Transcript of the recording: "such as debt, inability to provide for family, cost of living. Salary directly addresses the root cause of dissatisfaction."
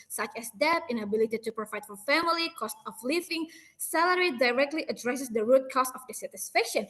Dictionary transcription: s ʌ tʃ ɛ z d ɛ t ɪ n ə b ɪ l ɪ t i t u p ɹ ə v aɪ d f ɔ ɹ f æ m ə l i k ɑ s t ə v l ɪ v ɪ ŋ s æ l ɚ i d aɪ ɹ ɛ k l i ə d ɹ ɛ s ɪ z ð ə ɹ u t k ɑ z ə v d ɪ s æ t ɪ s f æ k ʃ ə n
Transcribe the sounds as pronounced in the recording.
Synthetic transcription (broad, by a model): s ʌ tʃ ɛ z d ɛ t ɪ n ə b ɪ l ɪ t i t u p ɹ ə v aɪ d f ɔ ɹ f æ m ə l i k ɑ s t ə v l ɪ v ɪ ŋ s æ l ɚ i d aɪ ɹ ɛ k l i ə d ɹ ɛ s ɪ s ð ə ɹ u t k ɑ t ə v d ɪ s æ t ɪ s f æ k ʃ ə n